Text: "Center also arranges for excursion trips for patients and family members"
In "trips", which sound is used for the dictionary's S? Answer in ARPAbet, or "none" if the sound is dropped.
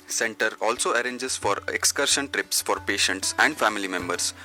S